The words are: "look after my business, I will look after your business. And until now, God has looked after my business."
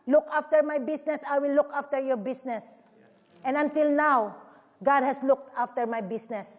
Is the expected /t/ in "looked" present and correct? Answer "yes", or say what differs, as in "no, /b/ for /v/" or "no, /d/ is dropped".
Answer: yes